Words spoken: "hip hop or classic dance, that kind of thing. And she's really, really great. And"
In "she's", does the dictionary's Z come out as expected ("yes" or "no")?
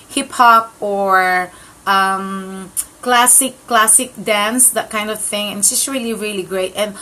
no